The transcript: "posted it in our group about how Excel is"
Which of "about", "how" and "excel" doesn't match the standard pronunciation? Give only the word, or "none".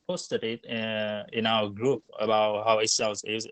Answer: excel